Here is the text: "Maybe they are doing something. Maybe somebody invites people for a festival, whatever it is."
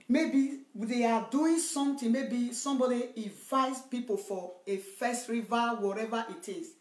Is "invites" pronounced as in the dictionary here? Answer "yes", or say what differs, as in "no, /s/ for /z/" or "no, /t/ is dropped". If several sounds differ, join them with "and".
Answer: no, /n/ is dropped